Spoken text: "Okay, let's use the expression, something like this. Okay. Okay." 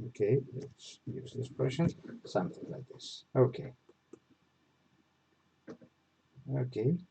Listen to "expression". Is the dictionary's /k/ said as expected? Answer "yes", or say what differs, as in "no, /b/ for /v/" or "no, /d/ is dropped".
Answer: no, /k/ is dropped